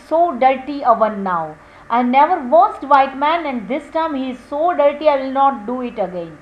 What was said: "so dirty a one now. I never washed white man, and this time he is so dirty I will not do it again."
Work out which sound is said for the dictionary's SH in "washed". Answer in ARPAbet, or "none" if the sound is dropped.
S